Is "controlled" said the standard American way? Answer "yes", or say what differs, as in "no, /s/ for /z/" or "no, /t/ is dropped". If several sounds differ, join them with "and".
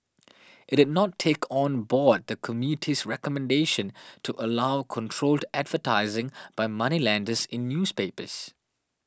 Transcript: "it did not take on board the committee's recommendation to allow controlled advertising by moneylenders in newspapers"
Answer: yes